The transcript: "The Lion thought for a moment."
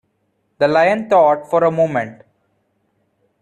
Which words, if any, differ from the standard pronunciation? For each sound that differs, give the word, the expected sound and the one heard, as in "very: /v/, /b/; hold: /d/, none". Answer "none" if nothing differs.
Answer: thought: /θ/, /t/